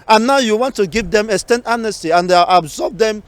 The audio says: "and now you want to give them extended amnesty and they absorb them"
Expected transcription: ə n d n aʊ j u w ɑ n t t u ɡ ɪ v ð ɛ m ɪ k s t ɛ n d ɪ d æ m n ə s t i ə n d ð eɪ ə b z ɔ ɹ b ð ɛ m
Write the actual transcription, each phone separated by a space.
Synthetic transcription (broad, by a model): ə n n aʊ j u w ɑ n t t u ɡ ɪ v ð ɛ m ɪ s t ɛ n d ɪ n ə s t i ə n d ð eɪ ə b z ɔ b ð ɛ m